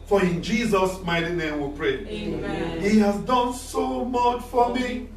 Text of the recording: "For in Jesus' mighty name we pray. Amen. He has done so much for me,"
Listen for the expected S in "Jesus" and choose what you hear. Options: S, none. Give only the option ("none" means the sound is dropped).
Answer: S